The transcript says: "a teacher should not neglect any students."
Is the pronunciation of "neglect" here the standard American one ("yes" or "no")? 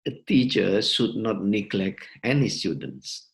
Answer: no